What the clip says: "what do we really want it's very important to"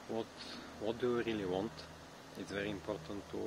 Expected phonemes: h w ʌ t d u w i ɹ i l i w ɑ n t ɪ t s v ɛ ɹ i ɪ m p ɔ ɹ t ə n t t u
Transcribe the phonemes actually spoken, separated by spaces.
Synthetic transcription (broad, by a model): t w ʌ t d u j ɹ i l i w ɑ n t ɪ t s v ɛ ɹ i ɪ m p ɔ ɹ t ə n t t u